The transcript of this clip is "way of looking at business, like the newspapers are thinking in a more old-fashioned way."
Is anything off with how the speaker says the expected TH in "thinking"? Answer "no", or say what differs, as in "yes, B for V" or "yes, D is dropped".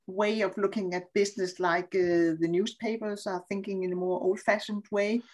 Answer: no